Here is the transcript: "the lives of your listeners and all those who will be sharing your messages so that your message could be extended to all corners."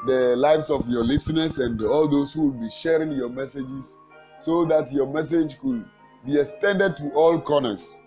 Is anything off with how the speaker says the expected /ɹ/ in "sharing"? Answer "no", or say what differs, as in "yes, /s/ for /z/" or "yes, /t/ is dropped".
no